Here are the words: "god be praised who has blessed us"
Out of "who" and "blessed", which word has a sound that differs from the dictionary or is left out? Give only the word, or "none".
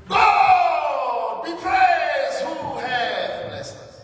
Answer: blessed